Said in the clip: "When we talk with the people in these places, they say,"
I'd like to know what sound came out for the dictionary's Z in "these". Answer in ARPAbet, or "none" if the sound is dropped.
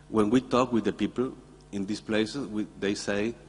S